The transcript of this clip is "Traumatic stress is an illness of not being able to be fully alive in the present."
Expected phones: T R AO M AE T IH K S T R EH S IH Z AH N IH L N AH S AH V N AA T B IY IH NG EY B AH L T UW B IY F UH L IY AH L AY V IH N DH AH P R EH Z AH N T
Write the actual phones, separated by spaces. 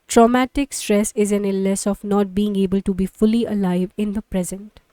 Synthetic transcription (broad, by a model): T R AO M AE T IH K S T R EH S IH Z AH N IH L AH S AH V N AA T B IY IH NG EY B AH L T UW B IY F UH L IY AH L AY V IH N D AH P R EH Z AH N T